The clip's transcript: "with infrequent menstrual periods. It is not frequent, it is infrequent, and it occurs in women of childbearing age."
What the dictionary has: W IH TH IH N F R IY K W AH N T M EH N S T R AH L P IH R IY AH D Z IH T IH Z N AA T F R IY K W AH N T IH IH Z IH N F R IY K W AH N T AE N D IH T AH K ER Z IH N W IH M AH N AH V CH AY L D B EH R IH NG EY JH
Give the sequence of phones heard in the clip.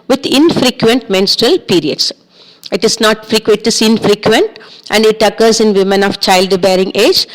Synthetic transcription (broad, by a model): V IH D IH N F R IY K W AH N T M EH N S T R AH L P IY R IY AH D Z IH T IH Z N AA T F R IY K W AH T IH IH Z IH N F R IY K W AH N T AE N D IH T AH K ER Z IH N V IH M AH N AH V CH AY L D B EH R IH NG EY JH